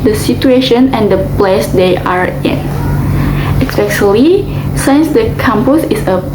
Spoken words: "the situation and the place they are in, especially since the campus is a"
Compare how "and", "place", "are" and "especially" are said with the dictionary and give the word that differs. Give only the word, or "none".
especially